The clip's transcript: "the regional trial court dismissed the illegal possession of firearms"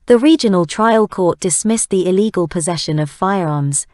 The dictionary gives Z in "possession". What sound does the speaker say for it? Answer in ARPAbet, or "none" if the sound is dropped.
Z